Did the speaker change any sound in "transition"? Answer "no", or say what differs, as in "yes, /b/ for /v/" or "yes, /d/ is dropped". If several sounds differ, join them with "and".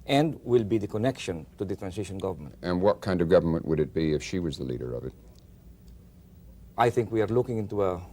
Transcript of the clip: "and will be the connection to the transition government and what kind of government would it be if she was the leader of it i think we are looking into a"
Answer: yes, /s/ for /z/